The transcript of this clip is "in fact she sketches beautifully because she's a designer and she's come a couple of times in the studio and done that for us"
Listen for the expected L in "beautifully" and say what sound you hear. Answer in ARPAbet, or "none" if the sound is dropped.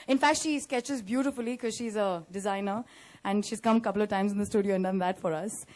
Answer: none